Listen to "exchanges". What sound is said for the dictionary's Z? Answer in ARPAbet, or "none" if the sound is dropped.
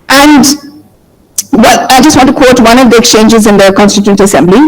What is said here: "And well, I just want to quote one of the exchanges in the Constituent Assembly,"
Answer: Z